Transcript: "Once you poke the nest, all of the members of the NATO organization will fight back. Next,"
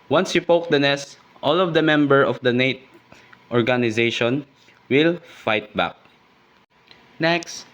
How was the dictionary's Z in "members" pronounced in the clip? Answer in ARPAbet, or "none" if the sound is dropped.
none